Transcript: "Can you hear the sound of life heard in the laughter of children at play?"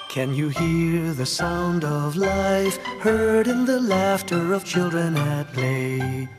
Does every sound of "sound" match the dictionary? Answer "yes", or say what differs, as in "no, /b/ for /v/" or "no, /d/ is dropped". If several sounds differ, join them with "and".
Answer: yes